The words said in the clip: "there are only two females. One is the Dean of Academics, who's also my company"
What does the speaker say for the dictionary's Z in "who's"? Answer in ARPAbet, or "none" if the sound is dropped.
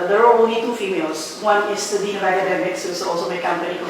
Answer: none